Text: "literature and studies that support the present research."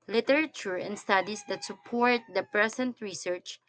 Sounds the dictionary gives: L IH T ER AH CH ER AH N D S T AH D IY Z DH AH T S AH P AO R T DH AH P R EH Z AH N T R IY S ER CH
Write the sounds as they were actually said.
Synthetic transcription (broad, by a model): L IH T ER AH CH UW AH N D S T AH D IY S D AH T S AH P AO R T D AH P R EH S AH N T R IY S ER CH